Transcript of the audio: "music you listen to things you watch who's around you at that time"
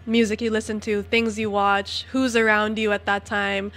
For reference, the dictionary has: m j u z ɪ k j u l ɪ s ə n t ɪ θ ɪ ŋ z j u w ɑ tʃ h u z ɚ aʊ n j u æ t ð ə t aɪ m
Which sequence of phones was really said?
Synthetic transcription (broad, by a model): m j u z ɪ k j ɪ l ɪ s ə n t ɪ θ ɪ ŋ z j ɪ w ɑ tʃ h u z ɚ aʊ n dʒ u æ t ð ə t aɪ m